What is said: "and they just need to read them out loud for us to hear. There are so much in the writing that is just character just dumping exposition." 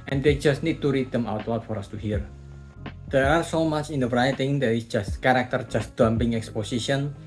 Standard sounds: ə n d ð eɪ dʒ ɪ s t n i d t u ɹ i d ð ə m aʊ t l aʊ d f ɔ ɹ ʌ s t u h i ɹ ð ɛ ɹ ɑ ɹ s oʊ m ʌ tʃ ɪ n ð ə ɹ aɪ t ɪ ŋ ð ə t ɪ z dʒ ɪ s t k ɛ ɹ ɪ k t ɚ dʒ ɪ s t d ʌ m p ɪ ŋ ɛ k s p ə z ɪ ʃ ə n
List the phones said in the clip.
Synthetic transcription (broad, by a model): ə n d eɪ dʒ ɪ s t n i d t u ɹ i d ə m aʊ t w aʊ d f ɔ ɹ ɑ s t u h i ɹ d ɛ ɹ ɑ ɹ s oʊ m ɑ tʃ ɪ n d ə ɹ aɪ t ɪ ŋ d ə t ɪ s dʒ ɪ s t k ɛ ɹ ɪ k t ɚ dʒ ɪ s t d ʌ m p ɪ ŋ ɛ k s p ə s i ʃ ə n